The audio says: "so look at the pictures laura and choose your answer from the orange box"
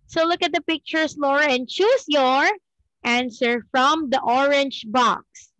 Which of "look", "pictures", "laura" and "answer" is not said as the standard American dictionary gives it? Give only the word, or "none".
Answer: pictures